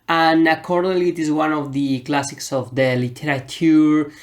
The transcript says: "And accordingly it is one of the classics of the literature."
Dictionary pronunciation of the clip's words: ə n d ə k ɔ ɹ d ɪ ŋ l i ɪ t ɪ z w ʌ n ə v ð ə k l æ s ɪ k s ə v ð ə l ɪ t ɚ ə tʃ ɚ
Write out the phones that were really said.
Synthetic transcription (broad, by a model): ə n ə k ɔ ɹ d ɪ l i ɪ t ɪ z w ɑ n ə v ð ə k l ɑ s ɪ k s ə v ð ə l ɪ t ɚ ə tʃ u